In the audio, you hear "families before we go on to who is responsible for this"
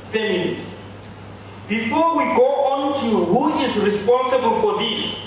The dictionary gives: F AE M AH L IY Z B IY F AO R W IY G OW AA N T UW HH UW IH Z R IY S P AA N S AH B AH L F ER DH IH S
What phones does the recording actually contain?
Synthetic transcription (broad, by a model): F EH M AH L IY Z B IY F AO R W IY G OW AA N T UW HH UW IH Z R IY S P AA N S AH B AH L F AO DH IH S